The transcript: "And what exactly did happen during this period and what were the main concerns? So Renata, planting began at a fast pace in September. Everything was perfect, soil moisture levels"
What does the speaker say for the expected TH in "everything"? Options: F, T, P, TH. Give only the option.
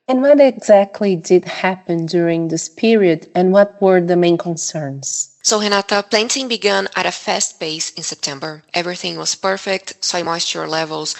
TH